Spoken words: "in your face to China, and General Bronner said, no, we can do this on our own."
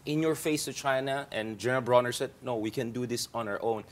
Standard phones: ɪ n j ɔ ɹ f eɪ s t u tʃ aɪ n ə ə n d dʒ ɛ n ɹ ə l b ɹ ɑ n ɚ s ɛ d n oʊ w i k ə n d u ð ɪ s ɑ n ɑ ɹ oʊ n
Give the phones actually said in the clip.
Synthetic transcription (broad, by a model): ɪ n j ɔ ɹ f eɪ s t u tʃ aɪ n ə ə n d dʒ ɛ n ɹ ə l b ɹ ɑ n ɚ s ɛ d n oʊ w i k ə n d u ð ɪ s ɑ n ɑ ɹ oʊ n